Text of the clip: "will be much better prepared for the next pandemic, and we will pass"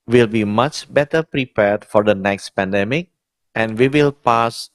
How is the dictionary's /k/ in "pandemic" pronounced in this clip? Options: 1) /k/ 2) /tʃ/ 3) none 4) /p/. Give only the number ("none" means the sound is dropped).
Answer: 1